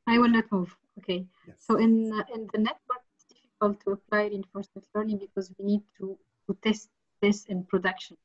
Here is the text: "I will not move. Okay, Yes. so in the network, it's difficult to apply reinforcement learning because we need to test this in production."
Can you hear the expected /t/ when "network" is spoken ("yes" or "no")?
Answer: no